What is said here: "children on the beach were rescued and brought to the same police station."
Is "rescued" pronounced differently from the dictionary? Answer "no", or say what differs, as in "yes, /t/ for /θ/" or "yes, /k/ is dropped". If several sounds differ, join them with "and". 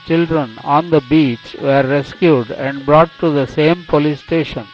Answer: no